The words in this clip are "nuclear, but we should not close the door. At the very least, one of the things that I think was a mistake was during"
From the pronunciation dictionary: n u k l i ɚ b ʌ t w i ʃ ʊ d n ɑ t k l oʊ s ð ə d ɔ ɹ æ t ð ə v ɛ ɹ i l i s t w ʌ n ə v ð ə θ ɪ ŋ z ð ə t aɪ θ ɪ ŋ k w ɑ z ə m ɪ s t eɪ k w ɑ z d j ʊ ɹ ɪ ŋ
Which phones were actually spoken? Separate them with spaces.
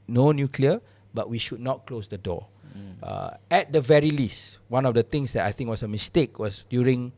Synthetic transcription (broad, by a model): n u k l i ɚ b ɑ t w i ʃ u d n ɑ t k l oʊ s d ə d ɔ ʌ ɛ t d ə v ɛ ɹ i l i s t w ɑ n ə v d ə t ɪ ŋ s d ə t aɪ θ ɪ ŋ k w ɑ s ə m ɪ s t eɪ k w ɑ s d j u ɹ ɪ ŋ